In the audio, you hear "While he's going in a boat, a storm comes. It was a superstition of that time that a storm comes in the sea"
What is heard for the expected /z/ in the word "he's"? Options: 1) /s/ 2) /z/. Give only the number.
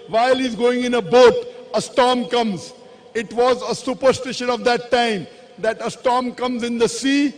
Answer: 2